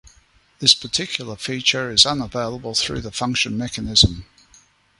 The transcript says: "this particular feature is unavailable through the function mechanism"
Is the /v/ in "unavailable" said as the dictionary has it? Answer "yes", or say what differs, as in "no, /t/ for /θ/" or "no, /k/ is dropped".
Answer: yes